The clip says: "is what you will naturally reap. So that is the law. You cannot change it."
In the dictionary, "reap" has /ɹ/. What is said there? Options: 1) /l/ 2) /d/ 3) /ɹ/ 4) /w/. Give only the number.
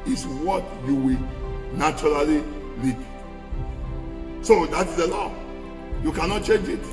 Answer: 1